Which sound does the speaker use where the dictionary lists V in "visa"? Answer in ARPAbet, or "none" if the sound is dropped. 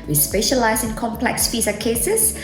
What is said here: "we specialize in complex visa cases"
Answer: F